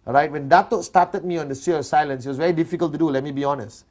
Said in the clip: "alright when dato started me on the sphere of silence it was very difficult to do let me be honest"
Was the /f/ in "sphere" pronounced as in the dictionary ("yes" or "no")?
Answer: no